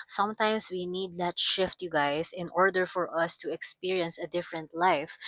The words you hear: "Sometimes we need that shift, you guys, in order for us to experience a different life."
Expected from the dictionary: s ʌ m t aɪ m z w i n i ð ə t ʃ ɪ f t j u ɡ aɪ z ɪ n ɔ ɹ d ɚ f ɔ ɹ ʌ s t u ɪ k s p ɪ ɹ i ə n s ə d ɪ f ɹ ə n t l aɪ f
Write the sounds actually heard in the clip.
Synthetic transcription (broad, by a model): s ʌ m t aɪ m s w i n i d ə t ʃ ɪ f t j u ɡ aɪ s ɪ n ɔ ɹ d ɚ f ɔ ɹ ʌ s t u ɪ k s p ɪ ɹ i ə n s ə d ɪ f ɹ ə n t l aɪ f